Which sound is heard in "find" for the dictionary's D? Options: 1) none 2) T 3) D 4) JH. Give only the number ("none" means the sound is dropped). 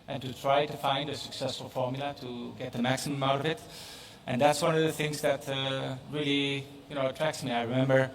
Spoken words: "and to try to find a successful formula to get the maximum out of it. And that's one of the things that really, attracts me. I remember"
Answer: 3